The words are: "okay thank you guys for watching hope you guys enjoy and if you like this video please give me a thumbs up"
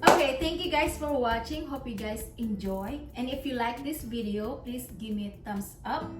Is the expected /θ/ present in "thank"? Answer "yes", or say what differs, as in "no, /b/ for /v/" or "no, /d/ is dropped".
no, /t/ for /θ/